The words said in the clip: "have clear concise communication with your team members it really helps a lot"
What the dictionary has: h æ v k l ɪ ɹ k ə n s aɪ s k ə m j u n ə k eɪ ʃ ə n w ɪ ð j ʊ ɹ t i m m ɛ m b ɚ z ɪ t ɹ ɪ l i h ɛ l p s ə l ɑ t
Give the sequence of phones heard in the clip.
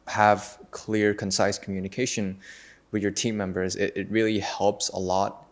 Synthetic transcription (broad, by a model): h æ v k l ɪ ɹ k ə n s aɪ s k m j u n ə k eɪ ʃ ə n w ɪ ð j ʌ ɹ t i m m ɛ m b ɚ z ɪ t ɹ ɪ l i h ɛ l p s ə l ɑ t